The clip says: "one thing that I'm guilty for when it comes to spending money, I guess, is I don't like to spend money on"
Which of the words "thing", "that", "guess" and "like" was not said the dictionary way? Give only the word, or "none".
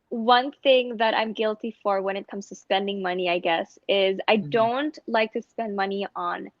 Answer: none